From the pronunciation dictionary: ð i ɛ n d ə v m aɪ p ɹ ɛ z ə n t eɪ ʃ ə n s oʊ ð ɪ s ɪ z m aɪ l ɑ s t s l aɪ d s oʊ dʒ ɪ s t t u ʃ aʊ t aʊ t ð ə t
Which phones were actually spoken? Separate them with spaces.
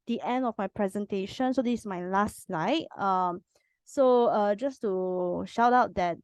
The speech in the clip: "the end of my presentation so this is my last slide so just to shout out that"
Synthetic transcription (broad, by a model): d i ɛ n d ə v m aɪ p ɹ ɛ z ə n t eɪ ʃ ə n s oʊ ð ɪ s m aɪ l ɑ s t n aɪ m s oʊ dʒ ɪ s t t u ʃ aʊ t aʊ t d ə t